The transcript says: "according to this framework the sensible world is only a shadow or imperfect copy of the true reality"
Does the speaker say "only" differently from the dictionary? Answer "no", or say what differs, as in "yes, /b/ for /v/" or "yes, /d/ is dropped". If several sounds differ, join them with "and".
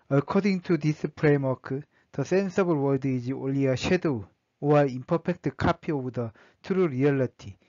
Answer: yes, /n/ is dropped